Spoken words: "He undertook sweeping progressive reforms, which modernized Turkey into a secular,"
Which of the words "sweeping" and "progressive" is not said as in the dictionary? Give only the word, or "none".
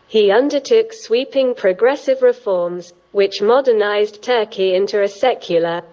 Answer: none